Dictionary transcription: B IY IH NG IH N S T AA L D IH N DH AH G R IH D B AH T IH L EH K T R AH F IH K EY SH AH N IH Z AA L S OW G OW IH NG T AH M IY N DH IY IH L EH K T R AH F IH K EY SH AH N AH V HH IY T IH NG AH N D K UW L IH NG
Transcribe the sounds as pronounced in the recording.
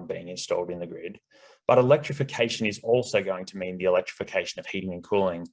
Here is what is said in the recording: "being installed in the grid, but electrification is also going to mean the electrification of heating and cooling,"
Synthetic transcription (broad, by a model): B IY IH NG IH N S T AA L D IH N DH AH G R IH D B AH T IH L EH K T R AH F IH K EY SH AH N IH Z AA L S OW G OW IH NG T AH M IY N DH IY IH L EH K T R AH F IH K EY SH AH N AH V HH IY T IH NG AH N K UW L IH NG